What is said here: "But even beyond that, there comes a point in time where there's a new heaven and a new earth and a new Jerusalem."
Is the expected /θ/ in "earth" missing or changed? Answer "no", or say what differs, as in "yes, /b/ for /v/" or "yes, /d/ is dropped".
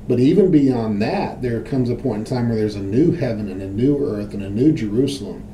no